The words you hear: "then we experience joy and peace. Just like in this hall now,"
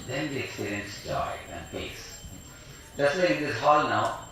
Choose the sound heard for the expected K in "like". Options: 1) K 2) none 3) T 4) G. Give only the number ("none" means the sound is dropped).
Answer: 2